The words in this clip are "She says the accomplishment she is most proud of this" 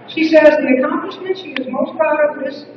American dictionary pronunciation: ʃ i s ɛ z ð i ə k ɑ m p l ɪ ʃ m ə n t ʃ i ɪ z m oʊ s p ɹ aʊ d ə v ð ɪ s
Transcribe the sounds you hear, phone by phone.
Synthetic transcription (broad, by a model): ʃ i s ɛ z ð i ə k ɑ m p l ɪ ʃ m ə n t ʃ i ɪ z m oʊ s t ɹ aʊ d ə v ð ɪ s